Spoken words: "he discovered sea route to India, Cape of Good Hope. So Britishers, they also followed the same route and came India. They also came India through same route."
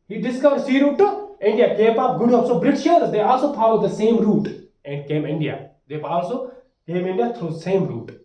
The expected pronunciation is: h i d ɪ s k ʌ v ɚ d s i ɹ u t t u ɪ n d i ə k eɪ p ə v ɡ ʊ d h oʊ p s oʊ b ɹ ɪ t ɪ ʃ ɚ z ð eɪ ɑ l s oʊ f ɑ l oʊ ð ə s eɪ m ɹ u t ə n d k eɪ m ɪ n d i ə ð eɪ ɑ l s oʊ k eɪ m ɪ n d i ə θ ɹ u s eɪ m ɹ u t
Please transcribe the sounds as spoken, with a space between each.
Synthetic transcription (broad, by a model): h i d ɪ s k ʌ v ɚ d s i ɹ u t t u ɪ n d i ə k eɪ p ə p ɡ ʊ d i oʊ s oʊ b ɹ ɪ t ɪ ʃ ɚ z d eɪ ɑ l s oʊ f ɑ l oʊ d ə s eɪ m ɹ u t ə n d k eɪ m ɪ n d i ə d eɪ ɑ l s oʊ k eɪ m ɪ n d i ə t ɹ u s eɪ m ɹ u t